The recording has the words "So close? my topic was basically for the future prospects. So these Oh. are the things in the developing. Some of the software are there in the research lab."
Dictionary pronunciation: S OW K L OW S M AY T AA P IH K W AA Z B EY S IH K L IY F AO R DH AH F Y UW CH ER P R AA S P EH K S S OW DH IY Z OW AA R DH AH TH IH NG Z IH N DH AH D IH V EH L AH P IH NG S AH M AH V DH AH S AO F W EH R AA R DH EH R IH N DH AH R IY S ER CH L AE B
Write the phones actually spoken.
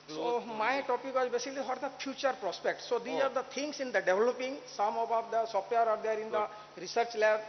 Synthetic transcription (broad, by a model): S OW OW M AY T AA P IH K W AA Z B EY S IH K L IY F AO R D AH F Y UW CH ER P R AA S P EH K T S OW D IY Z AA R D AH T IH NG S IH N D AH D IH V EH L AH P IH NG S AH M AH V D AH S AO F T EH R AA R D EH R IH N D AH R IY S ER CH L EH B